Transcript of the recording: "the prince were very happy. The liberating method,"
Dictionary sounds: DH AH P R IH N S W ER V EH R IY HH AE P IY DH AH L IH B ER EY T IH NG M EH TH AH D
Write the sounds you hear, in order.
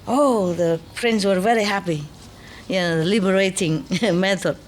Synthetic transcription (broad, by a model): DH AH P R IH N S W ER V EH R IY HH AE P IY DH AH L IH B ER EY T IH NG M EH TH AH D